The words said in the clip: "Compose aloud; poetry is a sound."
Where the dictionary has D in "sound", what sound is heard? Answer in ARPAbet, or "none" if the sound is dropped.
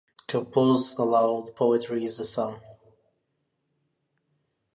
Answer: none